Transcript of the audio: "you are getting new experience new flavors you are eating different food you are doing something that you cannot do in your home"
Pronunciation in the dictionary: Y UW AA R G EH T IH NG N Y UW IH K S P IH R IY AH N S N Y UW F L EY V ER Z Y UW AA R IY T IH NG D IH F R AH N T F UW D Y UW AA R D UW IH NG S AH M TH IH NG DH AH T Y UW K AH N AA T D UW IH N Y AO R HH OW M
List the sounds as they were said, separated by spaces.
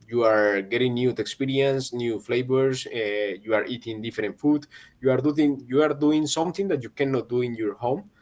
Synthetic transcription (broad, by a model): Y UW AA R G EH T IH NG N Y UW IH K S P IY R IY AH N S N Y UW F L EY B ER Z Y UW AA R IY T IH NG D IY F R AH N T F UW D Y UW AA R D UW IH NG S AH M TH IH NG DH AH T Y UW K AH N AA T D UW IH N Y AO R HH OW M